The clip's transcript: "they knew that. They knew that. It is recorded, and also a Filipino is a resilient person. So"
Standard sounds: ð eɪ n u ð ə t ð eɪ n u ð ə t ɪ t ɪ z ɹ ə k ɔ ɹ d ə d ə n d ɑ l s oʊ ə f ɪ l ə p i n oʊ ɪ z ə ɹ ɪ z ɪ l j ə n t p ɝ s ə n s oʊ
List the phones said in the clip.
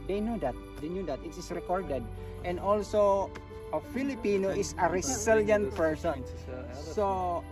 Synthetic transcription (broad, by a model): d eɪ n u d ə t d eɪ n u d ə t ɪ t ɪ s ɹ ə k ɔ ɹ d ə d ə n d ɑ l s oʊ ə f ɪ l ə p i n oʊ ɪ s ə ɹ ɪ s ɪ l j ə n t p ɝ s ə n s oʊ